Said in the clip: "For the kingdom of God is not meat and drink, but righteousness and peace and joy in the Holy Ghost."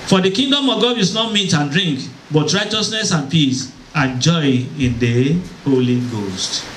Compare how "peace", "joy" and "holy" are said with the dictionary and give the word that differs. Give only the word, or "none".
none